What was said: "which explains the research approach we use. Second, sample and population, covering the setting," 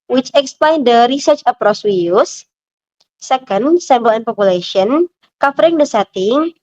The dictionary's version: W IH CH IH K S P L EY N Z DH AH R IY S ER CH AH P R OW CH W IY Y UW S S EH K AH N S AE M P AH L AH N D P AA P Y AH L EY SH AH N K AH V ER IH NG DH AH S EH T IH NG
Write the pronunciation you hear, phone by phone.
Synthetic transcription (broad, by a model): W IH CH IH K S P L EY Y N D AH R IY S ER CH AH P R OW S W IY Y UW S S EH K AH N S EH M B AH L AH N P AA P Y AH L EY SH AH N K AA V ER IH NG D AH S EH T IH NG